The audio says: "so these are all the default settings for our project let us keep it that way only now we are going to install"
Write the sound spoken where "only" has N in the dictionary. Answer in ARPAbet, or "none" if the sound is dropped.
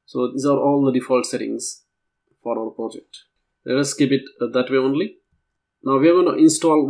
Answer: N